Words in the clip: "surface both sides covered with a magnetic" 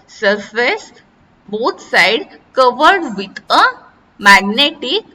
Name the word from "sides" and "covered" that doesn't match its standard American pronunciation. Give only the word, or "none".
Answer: sides